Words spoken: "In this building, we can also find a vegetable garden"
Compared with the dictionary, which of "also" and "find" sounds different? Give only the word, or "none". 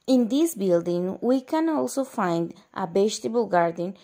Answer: none